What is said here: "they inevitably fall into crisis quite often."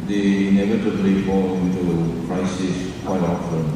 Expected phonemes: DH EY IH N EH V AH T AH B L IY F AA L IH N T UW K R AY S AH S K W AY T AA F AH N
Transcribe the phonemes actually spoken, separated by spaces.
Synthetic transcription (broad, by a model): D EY IH N EH V AH T AH B L IY F AA L IH N T UW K R AY S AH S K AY AA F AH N